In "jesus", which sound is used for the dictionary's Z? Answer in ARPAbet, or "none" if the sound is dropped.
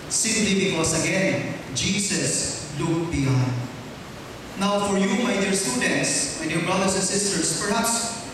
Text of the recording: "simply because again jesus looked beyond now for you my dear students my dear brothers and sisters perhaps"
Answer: S